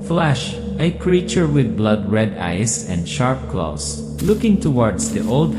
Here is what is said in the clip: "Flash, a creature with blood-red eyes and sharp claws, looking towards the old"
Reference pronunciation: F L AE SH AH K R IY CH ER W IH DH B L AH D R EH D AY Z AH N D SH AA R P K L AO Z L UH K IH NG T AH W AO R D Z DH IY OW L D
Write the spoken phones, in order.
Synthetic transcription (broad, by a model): F L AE SH AH K R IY CH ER W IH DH B L AH D R EH D AY S AH N D SH AA R P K L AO S L UH K IH NG T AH W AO R D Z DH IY OW L D